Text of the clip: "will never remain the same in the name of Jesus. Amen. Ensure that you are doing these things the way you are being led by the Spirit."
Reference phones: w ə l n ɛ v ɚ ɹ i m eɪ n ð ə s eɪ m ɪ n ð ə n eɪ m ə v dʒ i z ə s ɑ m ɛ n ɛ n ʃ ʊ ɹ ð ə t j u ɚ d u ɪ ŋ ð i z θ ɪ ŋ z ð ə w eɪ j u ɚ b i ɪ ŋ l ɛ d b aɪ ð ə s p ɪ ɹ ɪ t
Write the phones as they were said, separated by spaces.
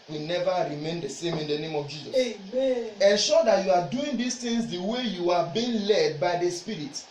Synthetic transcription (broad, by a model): w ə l n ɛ v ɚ ɹ i m eɪ n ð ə s eɪ m ɪ n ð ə n eɪ m ə v dʒ i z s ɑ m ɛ ɛ n ʃ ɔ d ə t j u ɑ d u ɪ ŋ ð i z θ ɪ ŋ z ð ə w eɪ j u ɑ b i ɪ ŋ l ɛ d b aɪ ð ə s p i ɹ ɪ t